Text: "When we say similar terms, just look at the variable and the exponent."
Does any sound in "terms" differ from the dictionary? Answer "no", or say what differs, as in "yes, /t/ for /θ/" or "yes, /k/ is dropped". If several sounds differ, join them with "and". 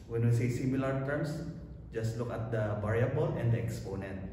yes, /s/ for /z/